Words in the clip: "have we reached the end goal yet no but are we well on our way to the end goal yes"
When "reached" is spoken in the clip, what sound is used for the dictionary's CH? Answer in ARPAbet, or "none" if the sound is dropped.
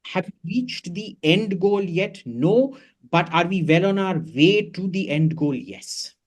CH